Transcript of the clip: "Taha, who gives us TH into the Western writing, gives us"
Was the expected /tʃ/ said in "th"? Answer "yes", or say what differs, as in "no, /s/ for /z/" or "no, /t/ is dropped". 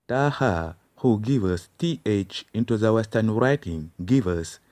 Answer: yes